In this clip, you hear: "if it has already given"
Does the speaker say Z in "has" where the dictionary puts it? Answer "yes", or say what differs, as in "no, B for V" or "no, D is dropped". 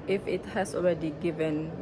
no, S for Z